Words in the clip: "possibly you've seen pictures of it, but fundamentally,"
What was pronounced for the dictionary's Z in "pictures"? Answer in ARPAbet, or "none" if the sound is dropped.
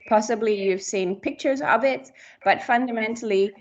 Z